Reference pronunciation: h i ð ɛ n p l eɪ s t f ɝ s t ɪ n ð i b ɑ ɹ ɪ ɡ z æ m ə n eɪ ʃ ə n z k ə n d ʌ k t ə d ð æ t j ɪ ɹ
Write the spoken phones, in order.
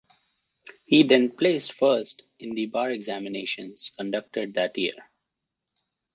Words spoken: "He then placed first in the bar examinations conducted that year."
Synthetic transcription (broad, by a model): h i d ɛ n p l eɪ s t f ɝ s t ɪ n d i b ɑ ɹ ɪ ɡ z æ m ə n eɪ ʃ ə n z k ə n d ʌ k t ə d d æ t j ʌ ɹ